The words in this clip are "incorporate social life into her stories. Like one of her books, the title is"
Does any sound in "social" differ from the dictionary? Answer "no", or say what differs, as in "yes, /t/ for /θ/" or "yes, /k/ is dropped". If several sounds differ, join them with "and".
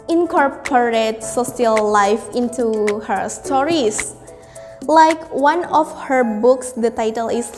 yes, /s/ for /ʃ/